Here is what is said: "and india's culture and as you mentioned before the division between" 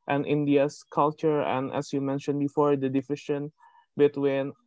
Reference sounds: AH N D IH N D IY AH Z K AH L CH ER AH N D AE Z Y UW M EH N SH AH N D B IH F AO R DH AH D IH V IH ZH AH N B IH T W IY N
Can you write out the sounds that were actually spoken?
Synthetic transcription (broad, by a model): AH N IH N D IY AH S K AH L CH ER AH N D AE S Y UW M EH N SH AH N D B IH F AO R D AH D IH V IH SH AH N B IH T W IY N